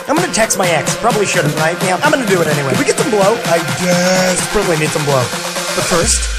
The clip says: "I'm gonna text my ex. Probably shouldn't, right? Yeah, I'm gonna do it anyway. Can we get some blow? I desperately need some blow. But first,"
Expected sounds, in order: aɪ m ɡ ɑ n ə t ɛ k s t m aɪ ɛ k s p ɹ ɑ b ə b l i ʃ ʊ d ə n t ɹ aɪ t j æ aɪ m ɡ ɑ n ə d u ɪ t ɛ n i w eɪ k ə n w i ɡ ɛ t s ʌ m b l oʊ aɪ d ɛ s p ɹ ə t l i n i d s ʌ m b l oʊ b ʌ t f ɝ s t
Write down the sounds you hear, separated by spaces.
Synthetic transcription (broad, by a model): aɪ m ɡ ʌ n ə t ɛ k s t m aɪ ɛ k s p ɹ ɑ b ə b l i ʃ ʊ d n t ɹ aɪ t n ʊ aɪ m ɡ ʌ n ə d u ɪ t ɛ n i w eɪ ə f w i ɡ ɛ t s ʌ m b l oʊ aɪ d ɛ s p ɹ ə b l i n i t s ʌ m b l oʊ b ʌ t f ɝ s t